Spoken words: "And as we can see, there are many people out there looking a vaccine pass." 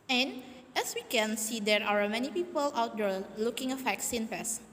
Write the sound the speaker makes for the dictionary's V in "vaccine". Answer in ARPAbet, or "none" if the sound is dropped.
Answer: F